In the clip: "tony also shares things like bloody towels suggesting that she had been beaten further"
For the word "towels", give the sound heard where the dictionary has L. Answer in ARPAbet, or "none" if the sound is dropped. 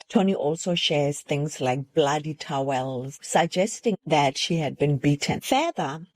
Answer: L